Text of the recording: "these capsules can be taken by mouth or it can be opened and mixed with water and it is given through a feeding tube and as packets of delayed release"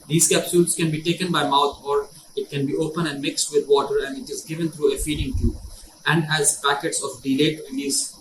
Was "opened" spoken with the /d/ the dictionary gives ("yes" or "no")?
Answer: no